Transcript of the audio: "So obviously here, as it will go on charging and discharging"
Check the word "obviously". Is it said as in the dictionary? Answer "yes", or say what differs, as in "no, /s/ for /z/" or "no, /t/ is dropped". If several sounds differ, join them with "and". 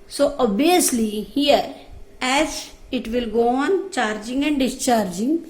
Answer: no, /v/ is dropped